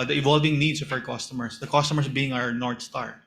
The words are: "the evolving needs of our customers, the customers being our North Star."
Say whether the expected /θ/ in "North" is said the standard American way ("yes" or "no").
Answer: no